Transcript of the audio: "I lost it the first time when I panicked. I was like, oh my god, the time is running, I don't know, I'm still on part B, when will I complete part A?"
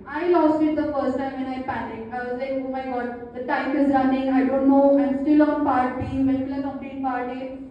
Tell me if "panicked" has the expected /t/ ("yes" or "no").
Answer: no